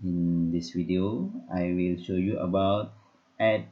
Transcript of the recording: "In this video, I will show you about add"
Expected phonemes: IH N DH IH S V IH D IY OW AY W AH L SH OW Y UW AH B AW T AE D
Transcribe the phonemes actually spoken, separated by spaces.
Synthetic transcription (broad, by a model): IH N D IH S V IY D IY OW AY W AH L SH OW Y UW AH B AW T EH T